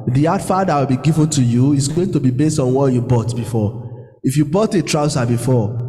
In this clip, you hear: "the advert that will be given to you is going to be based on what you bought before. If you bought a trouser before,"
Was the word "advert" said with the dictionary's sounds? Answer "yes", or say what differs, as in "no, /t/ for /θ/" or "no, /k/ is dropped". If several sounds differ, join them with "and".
no, /f/ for /v/